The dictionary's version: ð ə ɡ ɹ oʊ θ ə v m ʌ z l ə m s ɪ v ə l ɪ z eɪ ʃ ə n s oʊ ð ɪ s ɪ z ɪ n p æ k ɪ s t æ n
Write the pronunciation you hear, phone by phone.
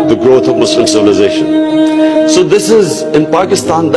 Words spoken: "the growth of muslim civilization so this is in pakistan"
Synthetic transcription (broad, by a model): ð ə ɡ ɹ oʊ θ ə v m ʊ s l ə m s ɪ v ə l ɪ z eɪ ʃ ə n s oʊ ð ɪ s ɪ z ɪ n p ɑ k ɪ s t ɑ n